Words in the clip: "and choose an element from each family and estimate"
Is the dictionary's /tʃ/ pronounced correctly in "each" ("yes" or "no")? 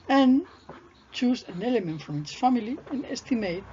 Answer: no